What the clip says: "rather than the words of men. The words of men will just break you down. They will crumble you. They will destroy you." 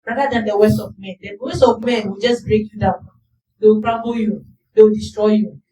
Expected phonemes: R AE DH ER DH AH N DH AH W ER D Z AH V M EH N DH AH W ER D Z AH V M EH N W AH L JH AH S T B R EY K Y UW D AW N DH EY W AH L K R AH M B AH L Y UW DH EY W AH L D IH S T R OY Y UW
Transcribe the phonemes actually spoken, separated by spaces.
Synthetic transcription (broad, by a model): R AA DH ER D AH N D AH W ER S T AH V M EH N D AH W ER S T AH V M EH N W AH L JH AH S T B R EY K Y UW D AW N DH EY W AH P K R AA B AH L Y UW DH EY W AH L D IH S T R OY Y UW